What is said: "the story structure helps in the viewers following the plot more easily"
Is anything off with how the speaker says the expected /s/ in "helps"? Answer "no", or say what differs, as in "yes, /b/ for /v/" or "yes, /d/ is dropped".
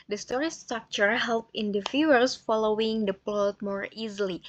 yes, /s/ is dropped